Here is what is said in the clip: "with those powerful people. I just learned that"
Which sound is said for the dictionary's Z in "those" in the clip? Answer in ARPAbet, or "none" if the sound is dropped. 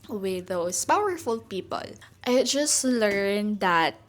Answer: S